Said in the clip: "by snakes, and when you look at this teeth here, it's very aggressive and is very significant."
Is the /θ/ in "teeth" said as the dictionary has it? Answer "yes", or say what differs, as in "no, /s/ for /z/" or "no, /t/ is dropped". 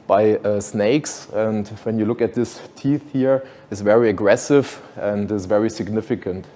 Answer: yes